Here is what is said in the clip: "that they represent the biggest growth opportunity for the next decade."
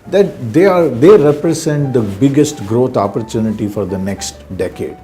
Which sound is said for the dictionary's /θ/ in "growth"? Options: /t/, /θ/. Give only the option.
/t/